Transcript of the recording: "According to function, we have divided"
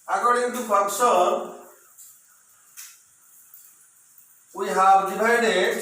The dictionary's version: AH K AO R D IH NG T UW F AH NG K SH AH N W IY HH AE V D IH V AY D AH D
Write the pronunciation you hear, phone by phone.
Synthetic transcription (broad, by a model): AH K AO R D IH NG T UW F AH K S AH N W IY HH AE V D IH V AY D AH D